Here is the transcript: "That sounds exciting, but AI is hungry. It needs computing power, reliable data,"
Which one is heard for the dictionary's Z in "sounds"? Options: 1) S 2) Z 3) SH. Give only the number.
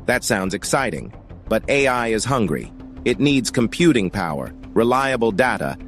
2